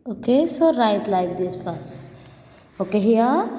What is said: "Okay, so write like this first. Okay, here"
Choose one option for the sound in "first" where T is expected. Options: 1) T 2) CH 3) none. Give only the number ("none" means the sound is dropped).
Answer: 3